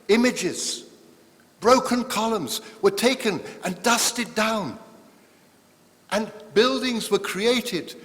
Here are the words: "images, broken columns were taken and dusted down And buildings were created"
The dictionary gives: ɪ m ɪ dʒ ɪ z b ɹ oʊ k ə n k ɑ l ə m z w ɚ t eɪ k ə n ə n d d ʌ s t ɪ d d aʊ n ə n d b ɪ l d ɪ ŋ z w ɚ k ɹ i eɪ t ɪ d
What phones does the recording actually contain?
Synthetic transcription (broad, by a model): ɪ m ɪ dʒ ɪ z b ɹ oʊ k ə n k ɑ l ə m z w ɚ t eɪ k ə n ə n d d ʌ s t ɪ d d aʊ n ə n b ɪ l d ɪ ŋ z w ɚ k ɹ i eɪ t ɪ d